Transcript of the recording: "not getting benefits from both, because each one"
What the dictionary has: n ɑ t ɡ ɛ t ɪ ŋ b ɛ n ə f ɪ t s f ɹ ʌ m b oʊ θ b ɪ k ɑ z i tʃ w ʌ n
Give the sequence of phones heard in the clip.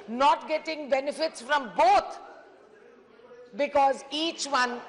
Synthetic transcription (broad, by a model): n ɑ t ɡ ɛ t ɪ ŋ b ɛ n ə f ɪ t s f ɹ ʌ m b oʊ t b ɪ k ɑ z i tʃ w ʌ n